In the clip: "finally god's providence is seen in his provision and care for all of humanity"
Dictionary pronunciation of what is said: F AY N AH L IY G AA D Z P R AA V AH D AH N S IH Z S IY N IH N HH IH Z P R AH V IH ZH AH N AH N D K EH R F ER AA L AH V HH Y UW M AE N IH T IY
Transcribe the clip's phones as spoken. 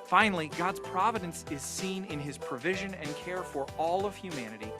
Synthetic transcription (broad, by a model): F AY N L IY G AA D Z P R AA V AH D AH N S IH Z S IY N IH N IH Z P R AH V IH ZH AH N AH N K EH R F ER AA L AH V HH Y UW M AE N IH T IY